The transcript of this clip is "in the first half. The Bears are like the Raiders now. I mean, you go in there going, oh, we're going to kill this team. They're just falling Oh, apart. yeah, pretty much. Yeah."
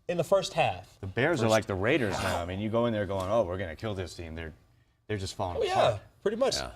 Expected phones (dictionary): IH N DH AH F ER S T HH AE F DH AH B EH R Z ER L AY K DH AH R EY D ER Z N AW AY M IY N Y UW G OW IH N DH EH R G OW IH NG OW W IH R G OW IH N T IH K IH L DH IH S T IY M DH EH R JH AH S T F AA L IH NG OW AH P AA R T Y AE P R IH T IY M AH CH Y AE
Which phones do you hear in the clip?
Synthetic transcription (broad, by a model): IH N DH AH F ER S T HH AE F DH AH B EH R Z ER L AY K DH AH R EY D ER Z N AW AY M IY N Y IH G OW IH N DH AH R G OW IH NG OW W IH R G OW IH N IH K IH L DH IH S T IY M DH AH R JH AH S T F AA L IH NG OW Y AE P R IH T IY M AH CH